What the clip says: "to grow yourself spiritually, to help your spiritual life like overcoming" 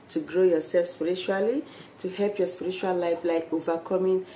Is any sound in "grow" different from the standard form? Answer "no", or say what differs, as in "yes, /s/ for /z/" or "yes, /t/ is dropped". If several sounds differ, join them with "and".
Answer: no